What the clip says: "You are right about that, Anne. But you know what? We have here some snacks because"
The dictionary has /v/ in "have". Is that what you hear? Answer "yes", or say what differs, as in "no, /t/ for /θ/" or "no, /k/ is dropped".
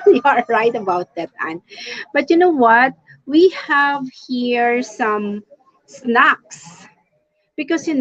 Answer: yes